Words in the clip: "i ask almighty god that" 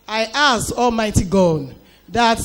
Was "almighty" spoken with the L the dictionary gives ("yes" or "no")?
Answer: yes